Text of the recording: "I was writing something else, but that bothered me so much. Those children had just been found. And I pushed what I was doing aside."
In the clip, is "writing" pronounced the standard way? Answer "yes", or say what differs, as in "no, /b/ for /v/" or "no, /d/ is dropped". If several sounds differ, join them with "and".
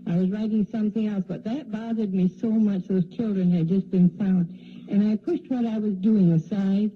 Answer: yes